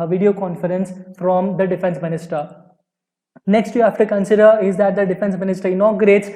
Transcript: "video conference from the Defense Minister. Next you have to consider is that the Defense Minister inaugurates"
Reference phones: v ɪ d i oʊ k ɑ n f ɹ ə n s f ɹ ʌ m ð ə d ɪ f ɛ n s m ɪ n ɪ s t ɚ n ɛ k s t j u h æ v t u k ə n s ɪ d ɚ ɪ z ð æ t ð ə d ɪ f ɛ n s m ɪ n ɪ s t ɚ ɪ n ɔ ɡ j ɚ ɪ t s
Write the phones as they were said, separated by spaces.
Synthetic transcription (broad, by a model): v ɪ d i oʊ k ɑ n f ɹ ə n s f ɹ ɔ m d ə d ɪ f ɛ n s m ɪ n ɪ s t ɚ n ɛ k s t j u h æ f t u k ə n s ɪ d ɚ ɪ z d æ t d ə d ɪ f ɛ n s m ɪ n ɪ s t ɚ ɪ n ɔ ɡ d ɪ t s